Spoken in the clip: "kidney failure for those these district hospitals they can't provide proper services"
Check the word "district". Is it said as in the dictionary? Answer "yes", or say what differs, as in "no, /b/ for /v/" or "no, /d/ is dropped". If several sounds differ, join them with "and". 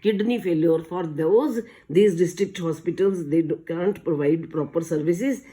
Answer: yes